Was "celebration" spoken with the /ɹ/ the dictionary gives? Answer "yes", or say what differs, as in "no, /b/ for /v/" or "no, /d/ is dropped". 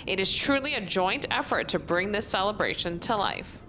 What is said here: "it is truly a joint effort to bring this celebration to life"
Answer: yes